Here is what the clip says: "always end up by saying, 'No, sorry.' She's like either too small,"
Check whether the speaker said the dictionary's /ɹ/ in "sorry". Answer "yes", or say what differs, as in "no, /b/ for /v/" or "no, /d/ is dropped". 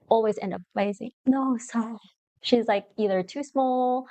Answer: no, /ɹ/ is dropped